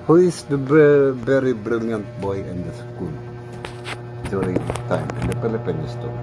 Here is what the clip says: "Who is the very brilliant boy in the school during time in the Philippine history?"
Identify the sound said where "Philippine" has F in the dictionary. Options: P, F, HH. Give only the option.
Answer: P